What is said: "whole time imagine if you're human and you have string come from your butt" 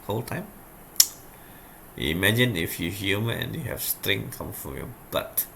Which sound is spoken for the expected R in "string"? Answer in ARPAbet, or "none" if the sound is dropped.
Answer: R